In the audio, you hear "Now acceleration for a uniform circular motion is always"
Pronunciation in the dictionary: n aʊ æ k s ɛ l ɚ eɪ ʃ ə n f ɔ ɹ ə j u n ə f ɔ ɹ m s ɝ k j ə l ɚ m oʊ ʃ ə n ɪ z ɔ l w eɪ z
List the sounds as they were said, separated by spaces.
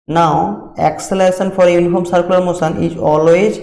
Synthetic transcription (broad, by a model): n aʊ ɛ k s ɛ l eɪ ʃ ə n f ɔ ɹ j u n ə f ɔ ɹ m s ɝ k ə l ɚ m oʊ s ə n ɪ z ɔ l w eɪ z